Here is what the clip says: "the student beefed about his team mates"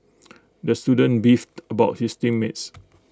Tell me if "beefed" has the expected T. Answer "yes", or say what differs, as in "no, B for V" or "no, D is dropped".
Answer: yes